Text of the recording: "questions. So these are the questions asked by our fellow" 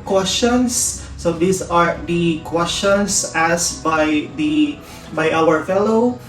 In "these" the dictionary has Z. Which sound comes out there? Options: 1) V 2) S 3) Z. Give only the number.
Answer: 2